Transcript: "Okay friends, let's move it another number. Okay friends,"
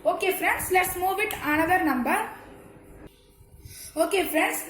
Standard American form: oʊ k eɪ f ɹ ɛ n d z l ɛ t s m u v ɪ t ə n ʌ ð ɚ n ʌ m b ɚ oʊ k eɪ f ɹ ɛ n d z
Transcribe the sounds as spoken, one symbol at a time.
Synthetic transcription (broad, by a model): oʊ k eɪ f ɹ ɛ n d s l ɛ t s m u v ɪ t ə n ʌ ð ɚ n ʌ m b ɚ oʊ k eɪ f ɹ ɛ n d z